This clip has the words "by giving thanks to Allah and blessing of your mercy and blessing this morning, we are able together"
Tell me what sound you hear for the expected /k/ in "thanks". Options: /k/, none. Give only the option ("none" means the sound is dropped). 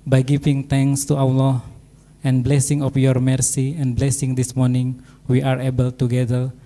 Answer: none